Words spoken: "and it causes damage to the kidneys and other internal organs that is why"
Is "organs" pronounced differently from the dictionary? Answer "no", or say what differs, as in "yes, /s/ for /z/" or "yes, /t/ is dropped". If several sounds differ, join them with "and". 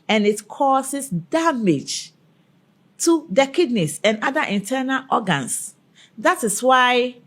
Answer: yes, /s/ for /z/